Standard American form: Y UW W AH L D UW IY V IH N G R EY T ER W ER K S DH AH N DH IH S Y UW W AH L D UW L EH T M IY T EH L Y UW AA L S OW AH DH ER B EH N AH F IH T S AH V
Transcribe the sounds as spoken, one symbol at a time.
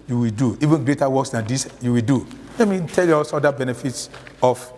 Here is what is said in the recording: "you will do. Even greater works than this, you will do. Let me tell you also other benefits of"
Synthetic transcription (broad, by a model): Y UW W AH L D UW IY V IH N G R EY T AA W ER K S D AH N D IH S Y UW W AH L D UW L EH T M IY T EH L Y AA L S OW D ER B EH N AH F IH T S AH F